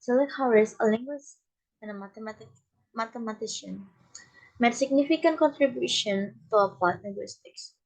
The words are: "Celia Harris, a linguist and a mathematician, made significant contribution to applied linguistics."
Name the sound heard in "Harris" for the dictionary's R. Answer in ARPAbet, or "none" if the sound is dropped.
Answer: W